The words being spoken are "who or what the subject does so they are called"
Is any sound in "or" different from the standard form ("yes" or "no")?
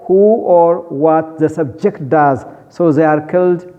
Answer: no